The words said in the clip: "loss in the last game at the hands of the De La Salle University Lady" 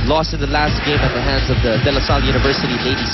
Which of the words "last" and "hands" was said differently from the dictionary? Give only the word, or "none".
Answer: none